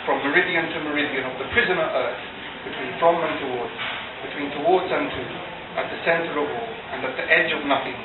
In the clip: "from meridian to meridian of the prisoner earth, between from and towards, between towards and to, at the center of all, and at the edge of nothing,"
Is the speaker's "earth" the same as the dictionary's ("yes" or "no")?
yes